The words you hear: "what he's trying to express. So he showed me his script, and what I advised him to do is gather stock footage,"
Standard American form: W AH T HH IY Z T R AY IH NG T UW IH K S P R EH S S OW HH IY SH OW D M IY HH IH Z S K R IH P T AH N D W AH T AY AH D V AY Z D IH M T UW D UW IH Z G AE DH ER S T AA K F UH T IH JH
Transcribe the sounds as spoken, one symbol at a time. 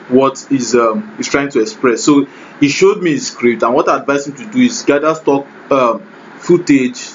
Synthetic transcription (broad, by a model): W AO T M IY S T R AY IH NG T UW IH K S P R EH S S OW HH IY SH OW D M IY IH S K R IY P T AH N W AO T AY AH D V AY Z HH IH M T UW D UW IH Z G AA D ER S T AA K F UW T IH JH